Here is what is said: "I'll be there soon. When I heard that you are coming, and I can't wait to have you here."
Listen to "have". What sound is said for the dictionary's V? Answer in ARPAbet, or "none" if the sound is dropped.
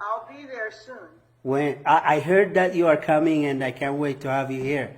V